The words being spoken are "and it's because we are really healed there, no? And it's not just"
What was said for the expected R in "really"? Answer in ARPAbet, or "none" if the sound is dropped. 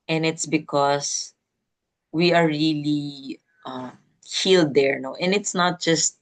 L